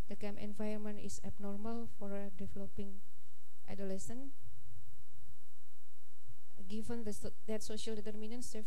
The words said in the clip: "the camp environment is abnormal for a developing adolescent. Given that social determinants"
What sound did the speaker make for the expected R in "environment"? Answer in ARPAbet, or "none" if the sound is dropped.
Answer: none